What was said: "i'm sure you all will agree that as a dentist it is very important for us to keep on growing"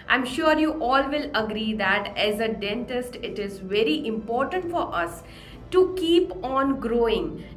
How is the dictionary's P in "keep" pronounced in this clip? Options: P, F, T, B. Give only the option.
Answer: P